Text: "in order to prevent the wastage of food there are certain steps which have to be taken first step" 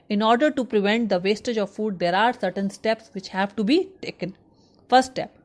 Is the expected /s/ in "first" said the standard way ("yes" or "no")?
no